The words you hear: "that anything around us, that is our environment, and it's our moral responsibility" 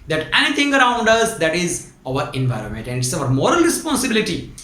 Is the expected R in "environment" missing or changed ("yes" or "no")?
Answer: no